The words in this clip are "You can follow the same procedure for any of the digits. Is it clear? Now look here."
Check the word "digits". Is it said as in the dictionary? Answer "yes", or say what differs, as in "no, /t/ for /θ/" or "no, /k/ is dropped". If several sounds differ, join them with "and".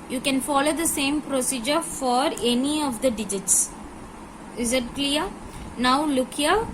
yes